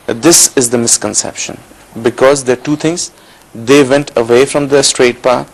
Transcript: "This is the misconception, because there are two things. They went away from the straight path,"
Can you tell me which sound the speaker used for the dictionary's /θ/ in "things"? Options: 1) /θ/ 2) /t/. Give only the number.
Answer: 2